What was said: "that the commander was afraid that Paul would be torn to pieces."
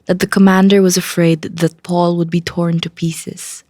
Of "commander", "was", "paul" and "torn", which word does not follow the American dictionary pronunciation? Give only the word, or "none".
none